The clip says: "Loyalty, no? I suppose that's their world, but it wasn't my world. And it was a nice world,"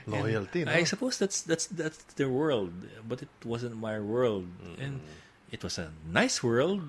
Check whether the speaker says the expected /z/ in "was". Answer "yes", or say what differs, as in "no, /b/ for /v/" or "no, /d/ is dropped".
no, /s/ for /z/